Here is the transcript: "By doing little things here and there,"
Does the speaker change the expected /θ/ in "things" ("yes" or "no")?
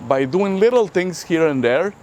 yes